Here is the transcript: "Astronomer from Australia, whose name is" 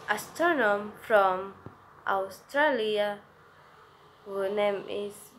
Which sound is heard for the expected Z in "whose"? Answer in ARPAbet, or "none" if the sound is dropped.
none